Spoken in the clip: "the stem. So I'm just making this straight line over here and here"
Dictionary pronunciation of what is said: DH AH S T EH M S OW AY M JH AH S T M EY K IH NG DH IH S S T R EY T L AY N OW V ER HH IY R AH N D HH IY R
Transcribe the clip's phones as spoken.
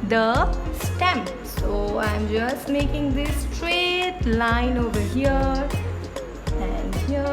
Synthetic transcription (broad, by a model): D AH S T EH M S OW AY M JH AH S T M EY K IH NG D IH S S T R EY T L AY N OW V ER HH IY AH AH N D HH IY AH